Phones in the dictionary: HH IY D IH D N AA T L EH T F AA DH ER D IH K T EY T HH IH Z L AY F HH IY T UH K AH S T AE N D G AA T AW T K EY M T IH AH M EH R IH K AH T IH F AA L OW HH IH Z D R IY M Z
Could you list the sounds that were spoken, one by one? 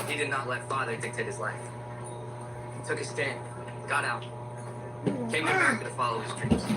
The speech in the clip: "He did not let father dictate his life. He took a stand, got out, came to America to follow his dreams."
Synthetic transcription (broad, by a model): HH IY D IH D N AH T L EH T F AA DH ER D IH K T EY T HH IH Z L AY F HH IY T UH K AH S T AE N G AA T AW T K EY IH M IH AH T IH F AA L OW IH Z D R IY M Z